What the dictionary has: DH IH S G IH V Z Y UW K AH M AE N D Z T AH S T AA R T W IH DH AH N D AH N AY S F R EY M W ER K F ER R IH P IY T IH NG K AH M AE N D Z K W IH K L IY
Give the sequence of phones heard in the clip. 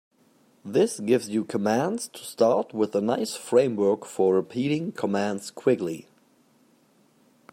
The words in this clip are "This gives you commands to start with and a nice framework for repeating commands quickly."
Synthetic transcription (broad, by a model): DH IH S G IH V Z Y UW K AH M AE N D Z T AH S T AA R T W IH DH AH N AH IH S F R EY M W ER K F ER R IH P IY T IH NG K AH M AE N D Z K W IH K L IY